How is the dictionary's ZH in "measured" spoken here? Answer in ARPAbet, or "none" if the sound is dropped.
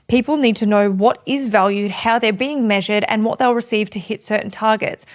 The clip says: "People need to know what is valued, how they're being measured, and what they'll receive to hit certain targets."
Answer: ZH